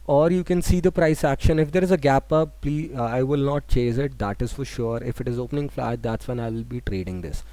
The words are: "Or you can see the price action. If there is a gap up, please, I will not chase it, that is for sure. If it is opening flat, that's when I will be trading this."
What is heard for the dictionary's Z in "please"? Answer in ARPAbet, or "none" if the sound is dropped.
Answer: none